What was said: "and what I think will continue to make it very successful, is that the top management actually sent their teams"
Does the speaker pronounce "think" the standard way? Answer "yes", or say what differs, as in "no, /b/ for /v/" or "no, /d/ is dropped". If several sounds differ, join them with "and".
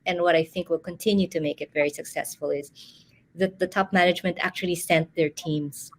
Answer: yes